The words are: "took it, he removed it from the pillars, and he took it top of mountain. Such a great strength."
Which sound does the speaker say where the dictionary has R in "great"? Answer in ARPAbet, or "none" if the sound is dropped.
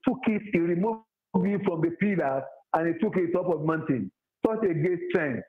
none